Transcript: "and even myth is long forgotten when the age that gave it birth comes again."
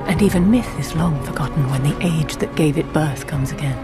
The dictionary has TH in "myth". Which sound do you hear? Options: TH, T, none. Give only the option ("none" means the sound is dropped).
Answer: TH